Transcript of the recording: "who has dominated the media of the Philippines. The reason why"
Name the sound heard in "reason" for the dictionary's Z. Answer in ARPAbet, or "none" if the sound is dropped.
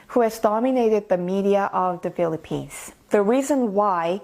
Z